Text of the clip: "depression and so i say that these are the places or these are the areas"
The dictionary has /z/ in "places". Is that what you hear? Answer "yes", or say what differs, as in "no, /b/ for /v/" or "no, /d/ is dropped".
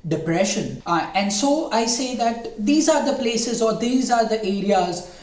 yes